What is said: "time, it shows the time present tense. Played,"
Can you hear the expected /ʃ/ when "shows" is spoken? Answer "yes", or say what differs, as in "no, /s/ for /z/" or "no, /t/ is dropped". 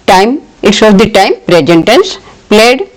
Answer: no, /s/ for /ʃ/